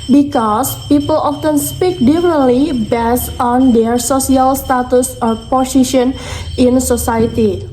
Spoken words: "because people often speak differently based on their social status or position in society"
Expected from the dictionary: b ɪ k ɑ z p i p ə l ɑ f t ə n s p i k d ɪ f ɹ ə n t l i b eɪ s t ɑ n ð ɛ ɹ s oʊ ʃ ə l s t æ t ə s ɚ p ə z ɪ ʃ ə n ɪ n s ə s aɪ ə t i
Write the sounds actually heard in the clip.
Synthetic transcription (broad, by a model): b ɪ k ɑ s p i p ə l ɑ f t ə n s p i k d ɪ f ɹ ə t l i b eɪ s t ɑ n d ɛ ɹ s oʊ s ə l s t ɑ t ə s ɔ p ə s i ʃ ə n ɪ n s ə s aɪ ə t i